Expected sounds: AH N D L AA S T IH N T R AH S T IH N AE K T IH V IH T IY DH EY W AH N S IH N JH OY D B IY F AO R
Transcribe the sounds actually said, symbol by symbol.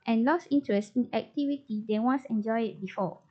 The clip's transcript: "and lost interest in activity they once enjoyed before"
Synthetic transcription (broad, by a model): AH N L AA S IY N T R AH S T IH N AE K T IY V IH T IY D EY W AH N S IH N JH OY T B IY F AO